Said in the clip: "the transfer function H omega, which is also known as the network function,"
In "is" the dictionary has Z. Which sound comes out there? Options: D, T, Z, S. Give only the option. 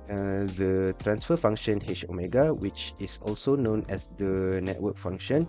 S